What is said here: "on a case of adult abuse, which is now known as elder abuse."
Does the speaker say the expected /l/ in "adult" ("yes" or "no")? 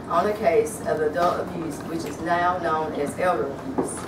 no